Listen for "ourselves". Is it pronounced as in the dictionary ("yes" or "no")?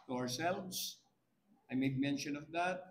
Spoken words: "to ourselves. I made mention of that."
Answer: no